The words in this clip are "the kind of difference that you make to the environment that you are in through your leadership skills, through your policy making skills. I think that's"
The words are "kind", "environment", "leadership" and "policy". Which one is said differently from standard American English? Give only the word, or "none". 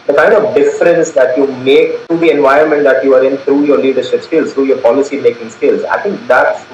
environment